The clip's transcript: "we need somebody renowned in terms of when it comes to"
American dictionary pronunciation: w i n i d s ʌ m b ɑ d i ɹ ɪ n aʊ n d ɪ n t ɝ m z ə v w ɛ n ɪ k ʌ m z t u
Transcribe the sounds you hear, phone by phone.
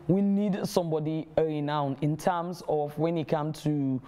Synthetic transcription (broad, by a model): w i n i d s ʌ m b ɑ d i ɹ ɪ n aʊ n ɪ n t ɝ m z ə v w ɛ n ɪ k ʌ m t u